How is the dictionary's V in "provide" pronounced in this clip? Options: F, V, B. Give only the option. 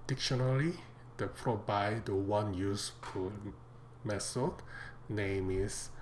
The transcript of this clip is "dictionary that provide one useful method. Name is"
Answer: B